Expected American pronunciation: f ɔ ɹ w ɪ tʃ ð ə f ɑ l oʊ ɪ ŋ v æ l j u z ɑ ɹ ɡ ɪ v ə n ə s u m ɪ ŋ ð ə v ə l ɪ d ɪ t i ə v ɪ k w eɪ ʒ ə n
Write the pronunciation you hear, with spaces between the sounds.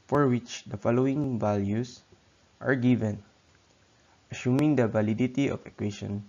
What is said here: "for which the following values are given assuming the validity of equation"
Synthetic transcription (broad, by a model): f ɔ ɹ w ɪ tʃ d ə f ɑ l oʊ ɪ ŋ v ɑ l j u s ɑ ɹ ɡ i v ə n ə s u m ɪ ŋ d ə v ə l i d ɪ t i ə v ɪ k w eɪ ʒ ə n